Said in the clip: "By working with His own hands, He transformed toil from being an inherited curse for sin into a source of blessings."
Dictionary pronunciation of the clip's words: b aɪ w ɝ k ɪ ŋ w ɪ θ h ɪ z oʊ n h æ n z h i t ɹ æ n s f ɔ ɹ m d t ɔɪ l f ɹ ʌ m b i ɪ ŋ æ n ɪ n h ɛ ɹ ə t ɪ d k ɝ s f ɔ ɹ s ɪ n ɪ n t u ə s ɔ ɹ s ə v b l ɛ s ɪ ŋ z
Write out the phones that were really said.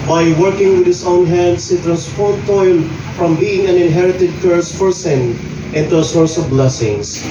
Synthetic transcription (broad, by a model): b aɪ w ɝ k ɪ ŋ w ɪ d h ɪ s oʊ n h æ n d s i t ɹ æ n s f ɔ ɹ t t ɔɪ l f ɹ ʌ m b i ɪ ŋ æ n ɪ n h ɛ ɹ ə t ɪ d k ɝ s f ɔ ɹ s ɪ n ɪ n t u ə s ɔ ɹ s ə v b l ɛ s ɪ ŋ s